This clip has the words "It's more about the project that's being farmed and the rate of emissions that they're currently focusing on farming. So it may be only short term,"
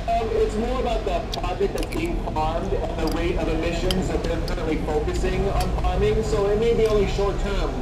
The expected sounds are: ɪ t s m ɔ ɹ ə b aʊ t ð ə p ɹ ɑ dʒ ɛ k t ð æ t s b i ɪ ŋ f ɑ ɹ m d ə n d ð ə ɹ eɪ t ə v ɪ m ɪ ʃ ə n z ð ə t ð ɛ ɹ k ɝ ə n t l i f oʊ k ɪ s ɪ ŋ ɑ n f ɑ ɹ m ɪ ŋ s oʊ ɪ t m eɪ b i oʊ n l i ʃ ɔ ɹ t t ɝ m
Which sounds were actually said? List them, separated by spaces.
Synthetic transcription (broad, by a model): ɪ t s m ɔ ɹ ə b aʊ t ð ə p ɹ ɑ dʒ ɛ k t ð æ t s b i ɪ ŋ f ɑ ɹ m d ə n ð ə w eɪ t ə v ɪ m ɪ ʃ ə n z ð ə t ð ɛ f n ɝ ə t l i f oʊ k ɪ s ɪ ŋ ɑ n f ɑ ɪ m ɪ ŋ s oʊ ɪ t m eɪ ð i oʊ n l i ʃ ɔ ɹ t t ɝ m